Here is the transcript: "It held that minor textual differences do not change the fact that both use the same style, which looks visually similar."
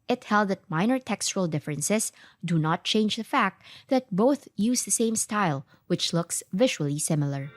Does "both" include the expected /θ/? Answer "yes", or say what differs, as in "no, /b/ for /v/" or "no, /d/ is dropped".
yes